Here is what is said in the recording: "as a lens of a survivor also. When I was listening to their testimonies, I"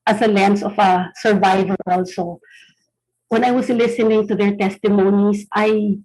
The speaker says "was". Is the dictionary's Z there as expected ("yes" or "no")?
no